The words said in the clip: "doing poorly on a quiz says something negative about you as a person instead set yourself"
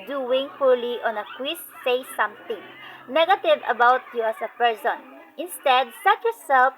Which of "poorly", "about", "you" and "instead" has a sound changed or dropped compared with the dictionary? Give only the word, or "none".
poorly